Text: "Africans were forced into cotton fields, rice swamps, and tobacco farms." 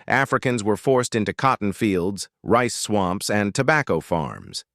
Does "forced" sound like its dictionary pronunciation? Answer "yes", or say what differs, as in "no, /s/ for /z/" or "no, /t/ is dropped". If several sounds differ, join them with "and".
yes